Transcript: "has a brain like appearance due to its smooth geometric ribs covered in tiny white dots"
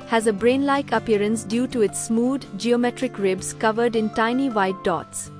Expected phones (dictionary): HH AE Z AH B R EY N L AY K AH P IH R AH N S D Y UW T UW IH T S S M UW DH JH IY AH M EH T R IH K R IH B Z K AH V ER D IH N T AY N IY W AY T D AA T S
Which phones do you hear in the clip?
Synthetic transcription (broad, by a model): HH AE Z AH B R EY N L AY K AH P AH R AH N S D Y UW T UW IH T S S M UW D JH IY AH M EH T R IH K R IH B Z K AH V ER D IH N T AY N IY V AY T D AA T S